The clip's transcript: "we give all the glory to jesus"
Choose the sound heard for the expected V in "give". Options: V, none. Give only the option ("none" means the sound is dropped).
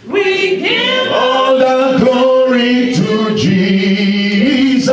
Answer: none